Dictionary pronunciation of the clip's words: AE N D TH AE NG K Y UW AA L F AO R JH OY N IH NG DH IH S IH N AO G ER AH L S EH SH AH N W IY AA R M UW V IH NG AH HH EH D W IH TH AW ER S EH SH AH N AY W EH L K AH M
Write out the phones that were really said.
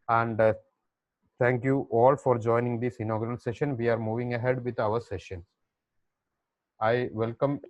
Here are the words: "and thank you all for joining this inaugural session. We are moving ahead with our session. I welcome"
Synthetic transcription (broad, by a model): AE N D T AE NG K Y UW AA L F AO R JH OY N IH NG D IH S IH N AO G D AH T S EH SH AH N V IY AA R M UW V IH NG AH HH EH D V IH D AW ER S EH SH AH N AY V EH L K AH M